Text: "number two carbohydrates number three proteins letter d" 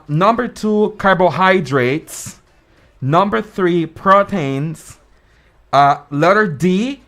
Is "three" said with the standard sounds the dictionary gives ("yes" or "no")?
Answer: yes